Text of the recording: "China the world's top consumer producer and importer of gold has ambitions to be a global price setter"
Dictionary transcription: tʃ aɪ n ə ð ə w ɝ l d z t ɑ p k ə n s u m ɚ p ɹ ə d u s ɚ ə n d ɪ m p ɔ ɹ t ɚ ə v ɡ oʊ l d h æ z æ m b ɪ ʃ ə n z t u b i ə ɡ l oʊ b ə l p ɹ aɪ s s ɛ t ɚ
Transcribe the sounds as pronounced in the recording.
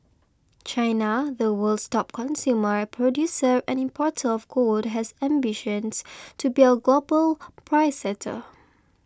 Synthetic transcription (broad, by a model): tʃ aɪ n ə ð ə w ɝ l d s t ɑ p k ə n s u m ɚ p ɹ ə d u s ɚ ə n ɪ m p ɔ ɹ t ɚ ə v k oʊ d h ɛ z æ m b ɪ ʃ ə n s t u b i ə ɡ l oʊ b ə l p ɹ aɪ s s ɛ t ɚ